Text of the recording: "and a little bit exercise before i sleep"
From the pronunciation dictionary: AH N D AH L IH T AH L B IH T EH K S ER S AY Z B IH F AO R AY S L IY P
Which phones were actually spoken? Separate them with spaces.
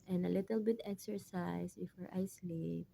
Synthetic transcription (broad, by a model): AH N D AH L IH T AH L B IH T EH K S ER S AY S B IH F AO R AY S L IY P